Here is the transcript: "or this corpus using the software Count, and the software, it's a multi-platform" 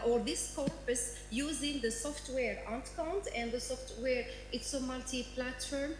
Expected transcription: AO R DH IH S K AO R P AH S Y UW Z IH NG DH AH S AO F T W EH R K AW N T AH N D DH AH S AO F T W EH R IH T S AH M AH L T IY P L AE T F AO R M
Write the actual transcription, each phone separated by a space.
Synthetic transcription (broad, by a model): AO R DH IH S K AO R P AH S Y UW Z IH NG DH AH S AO F T W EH R K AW N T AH N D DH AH S AO F T W EH R IH T S AH M AH L T IY P L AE T F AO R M